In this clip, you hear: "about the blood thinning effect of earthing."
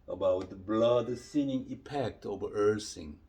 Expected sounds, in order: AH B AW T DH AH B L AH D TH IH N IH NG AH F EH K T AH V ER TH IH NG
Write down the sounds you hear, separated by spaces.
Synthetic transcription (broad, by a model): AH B AW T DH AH B L AH D S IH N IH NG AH P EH K T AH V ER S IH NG